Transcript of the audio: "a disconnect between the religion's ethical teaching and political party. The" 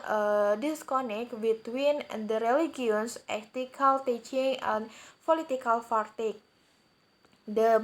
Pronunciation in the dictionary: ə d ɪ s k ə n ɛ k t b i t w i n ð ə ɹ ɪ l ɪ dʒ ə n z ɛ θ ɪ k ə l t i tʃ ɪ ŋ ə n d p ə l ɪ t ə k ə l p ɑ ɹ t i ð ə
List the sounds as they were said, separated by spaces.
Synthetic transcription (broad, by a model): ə d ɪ s k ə n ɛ k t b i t w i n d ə ɹ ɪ l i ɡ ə n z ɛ t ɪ k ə l t i tʃ ɪ ŋ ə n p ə l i t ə k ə l f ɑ ɹ t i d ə